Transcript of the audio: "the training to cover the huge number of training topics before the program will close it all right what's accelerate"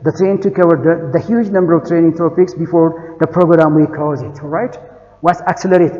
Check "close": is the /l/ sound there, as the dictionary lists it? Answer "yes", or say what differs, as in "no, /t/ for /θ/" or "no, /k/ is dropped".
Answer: no, /l/ is dropped